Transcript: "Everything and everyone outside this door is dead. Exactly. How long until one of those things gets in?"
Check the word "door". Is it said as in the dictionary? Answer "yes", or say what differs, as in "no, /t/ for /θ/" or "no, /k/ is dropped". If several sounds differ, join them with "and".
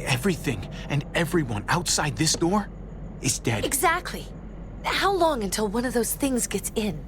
yes